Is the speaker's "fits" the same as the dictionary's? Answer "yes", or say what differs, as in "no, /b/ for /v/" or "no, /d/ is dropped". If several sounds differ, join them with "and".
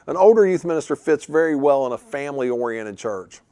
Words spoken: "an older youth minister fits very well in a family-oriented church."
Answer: yes